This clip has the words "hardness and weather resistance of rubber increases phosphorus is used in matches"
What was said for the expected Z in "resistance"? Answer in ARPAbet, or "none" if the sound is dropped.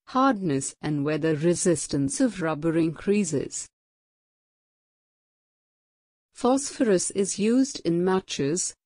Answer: Z